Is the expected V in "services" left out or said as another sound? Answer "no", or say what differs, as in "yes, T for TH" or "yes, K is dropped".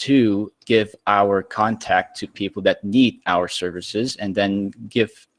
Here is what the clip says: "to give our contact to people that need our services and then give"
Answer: no